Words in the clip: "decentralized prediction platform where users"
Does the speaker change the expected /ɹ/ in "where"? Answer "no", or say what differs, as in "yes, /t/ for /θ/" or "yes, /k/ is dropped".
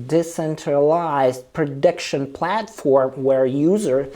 no